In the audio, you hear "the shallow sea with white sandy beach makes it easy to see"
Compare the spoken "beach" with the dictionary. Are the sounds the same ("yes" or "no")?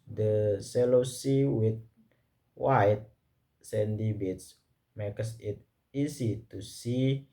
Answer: no